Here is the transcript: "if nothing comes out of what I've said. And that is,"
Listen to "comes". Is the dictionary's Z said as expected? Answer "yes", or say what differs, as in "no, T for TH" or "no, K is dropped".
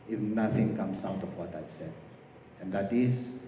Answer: no, S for Z